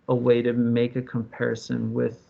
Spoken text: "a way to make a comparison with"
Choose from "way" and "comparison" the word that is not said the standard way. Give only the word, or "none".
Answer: none